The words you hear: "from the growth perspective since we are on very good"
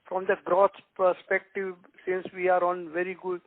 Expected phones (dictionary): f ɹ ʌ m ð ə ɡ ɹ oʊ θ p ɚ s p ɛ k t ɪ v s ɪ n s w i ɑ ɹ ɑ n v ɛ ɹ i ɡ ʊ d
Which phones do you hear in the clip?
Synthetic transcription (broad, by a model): f ɹ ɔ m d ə ɡ ɹ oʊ s p ɚ s p ɛ k t ɪ v s ɪ n s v i ɑ ɹ ɑ n v ɛ ɹ i ɡ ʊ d